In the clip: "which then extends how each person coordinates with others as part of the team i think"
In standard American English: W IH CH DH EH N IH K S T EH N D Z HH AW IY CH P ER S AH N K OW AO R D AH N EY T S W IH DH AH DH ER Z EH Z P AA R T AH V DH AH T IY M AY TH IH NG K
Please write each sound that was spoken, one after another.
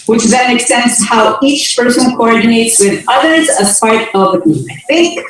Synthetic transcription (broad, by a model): W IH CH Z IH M IH K S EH N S HH AW IY CH P ER S AH N K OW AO R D N EY T S W IH DH AH DH ER Z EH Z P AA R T AH V DH AH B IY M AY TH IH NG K